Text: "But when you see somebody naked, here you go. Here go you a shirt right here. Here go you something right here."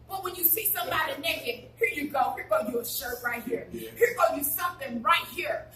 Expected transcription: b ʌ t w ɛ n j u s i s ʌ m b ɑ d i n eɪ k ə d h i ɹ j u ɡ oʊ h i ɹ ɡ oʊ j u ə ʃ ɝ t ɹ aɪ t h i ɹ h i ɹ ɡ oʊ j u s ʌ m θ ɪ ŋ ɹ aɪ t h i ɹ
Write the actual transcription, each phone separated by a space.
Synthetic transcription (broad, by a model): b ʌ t w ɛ n j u s i s ʌ m b ɑ d i n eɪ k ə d h i ɹ j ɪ ɡ oʊ h i ɹ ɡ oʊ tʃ ə ʃ ɝ t ɹ aɪ t h i ɹ h i ɹ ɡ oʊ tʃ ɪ s ʌ m θ ɪ ŋ ɹ aɪ t h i ɹ